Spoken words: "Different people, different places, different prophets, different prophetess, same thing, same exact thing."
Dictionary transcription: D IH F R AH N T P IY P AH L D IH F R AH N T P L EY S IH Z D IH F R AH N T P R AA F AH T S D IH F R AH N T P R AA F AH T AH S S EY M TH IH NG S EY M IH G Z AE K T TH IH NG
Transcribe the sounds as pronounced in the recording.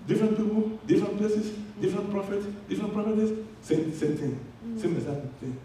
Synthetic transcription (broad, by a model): D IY F R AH N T P IY P AH L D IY F R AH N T P L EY S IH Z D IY F R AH N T P R AA F AH T S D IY F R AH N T P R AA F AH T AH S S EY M T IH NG S EY M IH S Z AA T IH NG